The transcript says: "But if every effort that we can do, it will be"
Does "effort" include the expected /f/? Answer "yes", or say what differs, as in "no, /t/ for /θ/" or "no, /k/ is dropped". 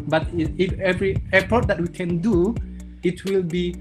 no, /p/ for /f/